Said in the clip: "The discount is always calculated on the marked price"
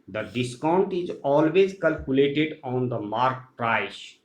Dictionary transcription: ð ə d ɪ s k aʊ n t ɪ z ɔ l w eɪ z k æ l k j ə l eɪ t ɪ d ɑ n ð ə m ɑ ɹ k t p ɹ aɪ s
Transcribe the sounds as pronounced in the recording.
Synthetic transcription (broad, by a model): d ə d ɪ s k aʊ n t ɪ z ɔ l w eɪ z k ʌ l k j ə l eɪ t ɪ d ɑ n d ə m ɑ ɹ k t ɹ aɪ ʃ